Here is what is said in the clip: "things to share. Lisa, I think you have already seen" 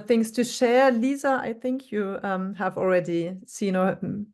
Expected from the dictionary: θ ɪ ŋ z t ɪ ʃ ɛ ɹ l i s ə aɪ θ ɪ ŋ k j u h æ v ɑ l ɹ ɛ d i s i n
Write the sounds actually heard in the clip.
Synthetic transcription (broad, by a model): θ ɪ ŋ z t ɪ ʃ ɛ ɹ l i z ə aɪ θ ɪ ŋ k j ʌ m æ v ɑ l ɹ ɛ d i s i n